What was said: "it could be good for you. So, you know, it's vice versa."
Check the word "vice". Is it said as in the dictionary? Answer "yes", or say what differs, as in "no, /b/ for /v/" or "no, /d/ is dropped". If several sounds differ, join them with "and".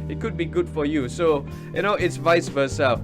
yes